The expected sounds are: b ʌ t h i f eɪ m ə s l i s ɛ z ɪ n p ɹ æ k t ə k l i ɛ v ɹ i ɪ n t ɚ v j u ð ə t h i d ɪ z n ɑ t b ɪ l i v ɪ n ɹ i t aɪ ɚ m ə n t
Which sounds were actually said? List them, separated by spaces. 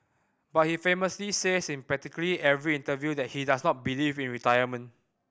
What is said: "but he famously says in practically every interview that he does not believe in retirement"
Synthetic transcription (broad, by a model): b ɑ t h i f eɪ m ə s l i s ɛ s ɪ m p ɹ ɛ t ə k l i ɛ v ɹ i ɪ n t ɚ v j u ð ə t h i d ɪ s n ɑ t b ɪ l i v ɪ n ɹ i t aɪ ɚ m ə n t